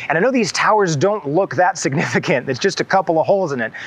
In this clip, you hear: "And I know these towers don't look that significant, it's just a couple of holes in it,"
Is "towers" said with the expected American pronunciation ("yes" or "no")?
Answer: yes